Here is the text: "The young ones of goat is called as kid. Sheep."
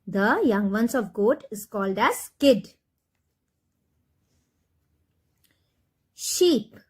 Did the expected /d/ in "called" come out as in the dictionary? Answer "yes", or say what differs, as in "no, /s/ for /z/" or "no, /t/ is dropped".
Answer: yes